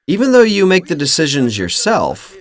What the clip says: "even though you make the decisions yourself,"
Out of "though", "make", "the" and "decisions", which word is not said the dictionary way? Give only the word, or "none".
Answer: none